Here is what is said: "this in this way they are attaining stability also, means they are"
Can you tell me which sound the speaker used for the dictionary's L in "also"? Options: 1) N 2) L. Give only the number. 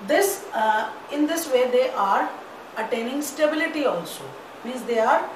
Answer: 2